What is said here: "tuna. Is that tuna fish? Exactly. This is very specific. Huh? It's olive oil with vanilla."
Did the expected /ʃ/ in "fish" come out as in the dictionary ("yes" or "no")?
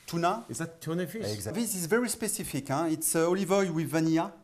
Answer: no